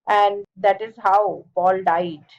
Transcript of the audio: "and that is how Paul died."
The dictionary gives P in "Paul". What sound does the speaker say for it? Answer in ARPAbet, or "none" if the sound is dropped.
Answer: B